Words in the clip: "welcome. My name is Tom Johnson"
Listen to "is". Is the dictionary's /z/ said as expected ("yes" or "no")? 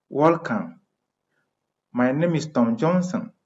no